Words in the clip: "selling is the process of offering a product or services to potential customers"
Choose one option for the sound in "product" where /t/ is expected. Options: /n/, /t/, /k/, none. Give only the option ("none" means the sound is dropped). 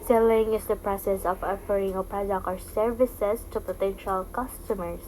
none